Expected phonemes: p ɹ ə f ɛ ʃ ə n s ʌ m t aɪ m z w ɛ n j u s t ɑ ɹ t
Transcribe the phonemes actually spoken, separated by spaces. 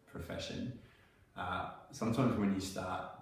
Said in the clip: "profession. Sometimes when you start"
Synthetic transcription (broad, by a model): p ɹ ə f ɛ ʃ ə n s ʌ m t aɪ m z w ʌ n j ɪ s t ɑ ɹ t